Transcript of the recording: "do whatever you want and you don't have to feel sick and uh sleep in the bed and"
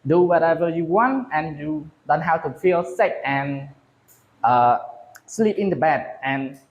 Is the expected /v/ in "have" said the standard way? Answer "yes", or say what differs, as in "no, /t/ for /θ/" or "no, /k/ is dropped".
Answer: no, /w/ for /v/